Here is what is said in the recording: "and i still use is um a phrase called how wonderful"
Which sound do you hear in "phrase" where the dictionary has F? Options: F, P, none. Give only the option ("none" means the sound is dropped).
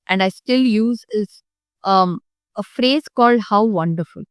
F